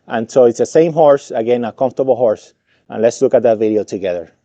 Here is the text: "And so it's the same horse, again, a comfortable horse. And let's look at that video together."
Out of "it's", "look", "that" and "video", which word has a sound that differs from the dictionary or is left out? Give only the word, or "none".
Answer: none